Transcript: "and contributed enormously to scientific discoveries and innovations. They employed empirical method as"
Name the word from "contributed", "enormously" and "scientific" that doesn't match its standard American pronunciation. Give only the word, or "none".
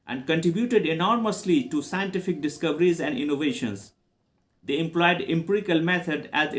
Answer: none